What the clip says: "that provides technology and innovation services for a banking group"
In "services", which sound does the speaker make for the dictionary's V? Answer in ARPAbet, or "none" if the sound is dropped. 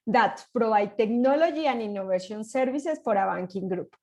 B